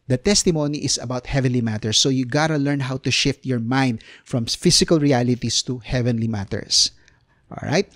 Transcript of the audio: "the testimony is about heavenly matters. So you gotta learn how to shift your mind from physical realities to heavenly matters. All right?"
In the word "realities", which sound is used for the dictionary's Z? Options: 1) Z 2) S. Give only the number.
2